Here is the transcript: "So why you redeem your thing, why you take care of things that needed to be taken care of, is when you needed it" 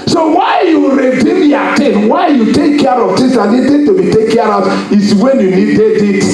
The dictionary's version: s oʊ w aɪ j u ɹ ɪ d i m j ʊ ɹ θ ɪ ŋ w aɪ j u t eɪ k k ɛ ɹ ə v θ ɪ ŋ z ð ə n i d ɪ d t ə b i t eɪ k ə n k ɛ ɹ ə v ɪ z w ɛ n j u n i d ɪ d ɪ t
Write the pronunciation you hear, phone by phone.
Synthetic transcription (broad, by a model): s oʊ w aɪ j u ɹ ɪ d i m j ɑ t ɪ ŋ w aɪ j u t eɪ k k ɛ ɹ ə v t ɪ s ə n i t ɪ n t ə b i t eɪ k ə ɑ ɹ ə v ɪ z w ɛ n j u n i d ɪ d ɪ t